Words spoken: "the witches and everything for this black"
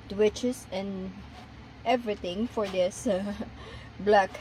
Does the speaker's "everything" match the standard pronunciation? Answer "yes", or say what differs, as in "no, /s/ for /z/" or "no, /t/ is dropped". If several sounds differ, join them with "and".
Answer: no, /t/ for /θ/